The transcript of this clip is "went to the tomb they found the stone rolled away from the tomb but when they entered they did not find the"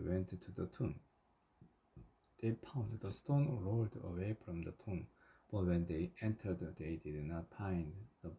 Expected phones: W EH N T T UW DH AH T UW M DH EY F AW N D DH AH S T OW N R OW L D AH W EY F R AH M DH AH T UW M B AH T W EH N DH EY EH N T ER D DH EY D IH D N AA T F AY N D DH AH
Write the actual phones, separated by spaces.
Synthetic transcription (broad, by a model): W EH N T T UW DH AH T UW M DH EY P AW N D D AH S T OW N R OW L D AH W EY F R AH M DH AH T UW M B AH T W EH N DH EY EH N T ER D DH EY D IH D N AA T P AY N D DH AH